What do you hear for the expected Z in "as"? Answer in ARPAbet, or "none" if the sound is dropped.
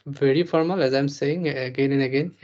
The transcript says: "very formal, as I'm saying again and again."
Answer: Z